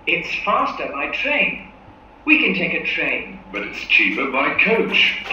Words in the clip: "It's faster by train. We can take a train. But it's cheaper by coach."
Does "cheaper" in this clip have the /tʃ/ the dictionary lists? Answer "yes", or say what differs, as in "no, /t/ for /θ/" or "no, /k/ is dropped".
yes